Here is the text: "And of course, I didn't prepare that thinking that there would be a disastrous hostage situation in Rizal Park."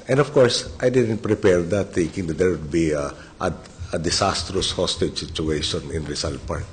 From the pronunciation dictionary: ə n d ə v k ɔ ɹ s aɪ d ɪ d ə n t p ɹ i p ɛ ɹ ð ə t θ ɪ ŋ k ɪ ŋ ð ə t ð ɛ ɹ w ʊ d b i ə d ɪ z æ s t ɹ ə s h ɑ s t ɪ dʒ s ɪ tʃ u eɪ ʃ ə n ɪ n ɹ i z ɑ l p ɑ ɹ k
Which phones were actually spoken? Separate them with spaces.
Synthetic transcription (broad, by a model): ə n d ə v k ɔ ɹ s aɪ d ɪ d ə n t p ɹ i p ɛ ɹ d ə t θ ɪ ŋ k ɪ ŋ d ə t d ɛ ɹ w ʊ d b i ə d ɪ s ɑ s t ɹ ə s h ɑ s t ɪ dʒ s ɪ tʃ u eɪ ʃ ə n ɪ n ɹ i s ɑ l p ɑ ɹ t